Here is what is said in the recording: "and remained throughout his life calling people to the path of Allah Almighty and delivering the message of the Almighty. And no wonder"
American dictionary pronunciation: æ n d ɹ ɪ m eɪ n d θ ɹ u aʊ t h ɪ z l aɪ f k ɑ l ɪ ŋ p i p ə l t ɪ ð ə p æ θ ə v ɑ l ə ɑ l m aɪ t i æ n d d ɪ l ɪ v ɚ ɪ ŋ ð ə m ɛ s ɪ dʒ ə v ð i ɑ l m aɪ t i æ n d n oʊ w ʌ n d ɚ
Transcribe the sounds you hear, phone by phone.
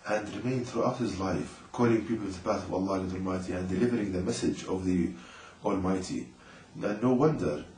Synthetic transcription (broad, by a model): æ n d ɹ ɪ m eɪ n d θ ɹ u aʊ t h ɪ z l aɪ f k ɑ l ɪ ŋ p i p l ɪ ð ə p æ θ ə v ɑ l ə ɑ l m aɪ t i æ n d d ɪ l ɪ v ɚ ɪ ŋ ð ə m ɛ s ɪ dʒ ə v ð i ɑ l m aɪ t i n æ n oʊ w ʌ n d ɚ